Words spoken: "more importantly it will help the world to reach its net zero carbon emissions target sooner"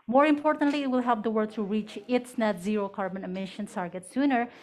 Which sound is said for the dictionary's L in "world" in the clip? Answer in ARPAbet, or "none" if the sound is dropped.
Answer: none